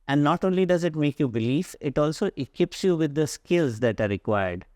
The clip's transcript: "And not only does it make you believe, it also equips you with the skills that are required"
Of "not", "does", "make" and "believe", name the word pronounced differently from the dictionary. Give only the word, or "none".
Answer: believe